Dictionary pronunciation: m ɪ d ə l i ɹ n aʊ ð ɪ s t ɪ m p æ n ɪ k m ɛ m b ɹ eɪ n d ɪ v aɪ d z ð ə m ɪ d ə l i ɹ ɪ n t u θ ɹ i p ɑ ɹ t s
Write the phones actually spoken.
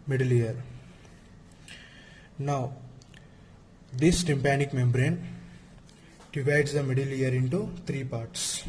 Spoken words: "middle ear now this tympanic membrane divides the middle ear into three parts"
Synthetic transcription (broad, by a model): m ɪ d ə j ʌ ɹ n aʊ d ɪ s t ɪ m p æ n ɪ k m ɛ m b ɹ eɪ n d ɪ v aɪ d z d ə m ɪ d ə l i ɹ ɪ n t u t ɹ i p ɑ ɹ t s